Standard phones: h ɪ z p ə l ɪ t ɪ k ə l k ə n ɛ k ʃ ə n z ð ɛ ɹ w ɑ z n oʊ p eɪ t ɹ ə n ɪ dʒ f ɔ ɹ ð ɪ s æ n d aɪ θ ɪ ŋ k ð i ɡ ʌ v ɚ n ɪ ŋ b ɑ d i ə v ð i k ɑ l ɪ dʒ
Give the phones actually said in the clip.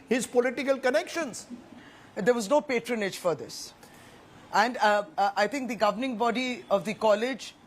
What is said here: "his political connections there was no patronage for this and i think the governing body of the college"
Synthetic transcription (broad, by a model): h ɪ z p ə l ɪ t ɪ k ə l k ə n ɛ k ʃ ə n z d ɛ ɹ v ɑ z n oʊ p eɪ t ɹ ə n ɪ dʒ f ɔ ɹ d ɪ s æ n d aɪ t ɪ ŋ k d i ɡ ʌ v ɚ n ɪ ŋ b ɑ d i ə v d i k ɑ l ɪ dʒ